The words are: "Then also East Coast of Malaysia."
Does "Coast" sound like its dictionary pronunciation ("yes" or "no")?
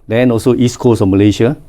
no